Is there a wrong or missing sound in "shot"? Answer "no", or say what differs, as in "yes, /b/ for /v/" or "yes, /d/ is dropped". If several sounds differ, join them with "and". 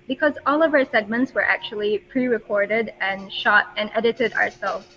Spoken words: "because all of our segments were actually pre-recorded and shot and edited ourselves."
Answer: no